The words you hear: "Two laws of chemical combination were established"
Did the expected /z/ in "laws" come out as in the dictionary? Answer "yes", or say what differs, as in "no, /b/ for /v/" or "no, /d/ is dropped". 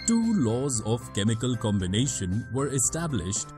yes